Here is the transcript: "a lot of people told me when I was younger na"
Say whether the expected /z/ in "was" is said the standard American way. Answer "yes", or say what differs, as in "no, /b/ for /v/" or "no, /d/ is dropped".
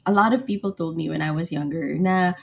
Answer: yes